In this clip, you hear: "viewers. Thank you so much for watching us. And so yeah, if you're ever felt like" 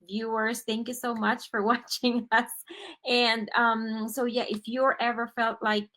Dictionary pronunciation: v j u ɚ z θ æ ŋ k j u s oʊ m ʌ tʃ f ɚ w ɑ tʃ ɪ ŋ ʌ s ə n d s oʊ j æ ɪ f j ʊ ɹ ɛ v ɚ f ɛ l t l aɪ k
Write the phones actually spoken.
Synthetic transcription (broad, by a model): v j u ɚ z θ æ ŋ k j u s oʊ m ʌ tʃ f ɚ w ɑ tʃ ɪ ŋ ʌ s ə n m s oʊ j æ ɪ f j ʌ ɹ ɛ v ɚ f ɛ l t l aɪ k